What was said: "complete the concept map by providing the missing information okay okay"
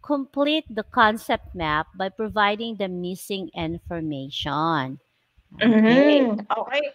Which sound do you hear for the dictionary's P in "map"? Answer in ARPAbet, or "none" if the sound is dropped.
P